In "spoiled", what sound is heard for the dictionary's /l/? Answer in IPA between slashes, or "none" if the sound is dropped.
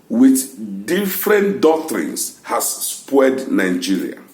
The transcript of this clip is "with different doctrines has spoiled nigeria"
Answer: none